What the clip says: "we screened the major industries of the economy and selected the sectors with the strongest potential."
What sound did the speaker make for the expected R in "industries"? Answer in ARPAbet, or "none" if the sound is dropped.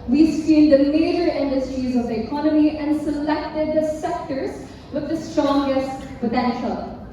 R